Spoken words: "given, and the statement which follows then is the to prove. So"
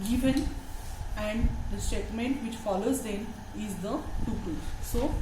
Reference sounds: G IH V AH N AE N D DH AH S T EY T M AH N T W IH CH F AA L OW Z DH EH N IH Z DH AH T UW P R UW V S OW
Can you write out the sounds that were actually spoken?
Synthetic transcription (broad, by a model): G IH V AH N AE N D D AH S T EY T M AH N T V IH CH F AA L OW Z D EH N IH Z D AH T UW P AH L S OW